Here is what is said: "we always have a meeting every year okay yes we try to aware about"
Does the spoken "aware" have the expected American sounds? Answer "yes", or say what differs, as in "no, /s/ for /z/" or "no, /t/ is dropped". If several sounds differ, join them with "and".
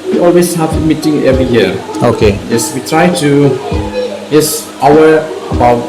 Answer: no, /w/ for /ɹ/